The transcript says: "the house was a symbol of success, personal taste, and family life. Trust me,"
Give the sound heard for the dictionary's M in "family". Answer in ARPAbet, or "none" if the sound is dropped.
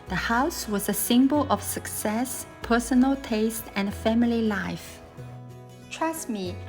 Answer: M